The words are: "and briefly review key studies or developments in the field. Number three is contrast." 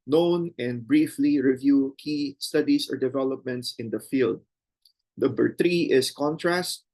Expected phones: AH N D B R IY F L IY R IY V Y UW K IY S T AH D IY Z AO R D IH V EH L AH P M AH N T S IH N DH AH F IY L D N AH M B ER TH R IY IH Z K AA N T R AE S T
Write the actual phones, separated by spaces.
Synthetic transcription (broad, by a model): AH N D B R IY F L IY R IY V Y UW K IY S T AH D IY S AO R D IH V EH L AH P M AH N T S IH N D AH F IY L D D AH B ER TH R IY IH S K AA N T R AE S T